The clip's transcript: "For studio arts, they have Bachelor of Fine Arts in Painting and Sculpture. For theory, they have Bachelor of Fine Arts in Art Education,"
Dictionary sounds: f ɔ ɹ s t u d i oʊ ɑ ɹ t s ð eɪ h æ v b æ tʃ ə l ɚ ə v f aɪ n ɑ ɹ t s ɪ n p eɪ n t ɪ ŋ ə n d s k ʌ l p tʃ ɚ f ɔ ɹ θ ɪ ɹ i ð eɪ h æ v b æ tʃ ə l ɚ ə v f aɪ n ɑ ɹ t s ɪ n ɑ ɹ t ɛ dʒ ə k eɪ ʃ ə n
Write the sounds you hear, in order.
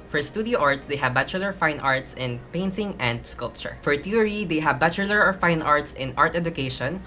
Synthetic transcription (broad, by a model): f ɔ ɹ s t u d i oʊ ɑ ɹ t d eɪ h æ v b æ tʃ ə l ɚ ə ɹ f aɪ n ɑ ɹ t s ɪ n p eɪ n t ɪ ŋ ə n d s k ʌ l p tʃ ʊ f ɔ ɹ t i ɹ i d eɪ h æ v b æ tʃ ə l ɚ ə f aɪ n ɑ ɹ t s ɪ n ɑ ɹ t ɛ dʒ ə k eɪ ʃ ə n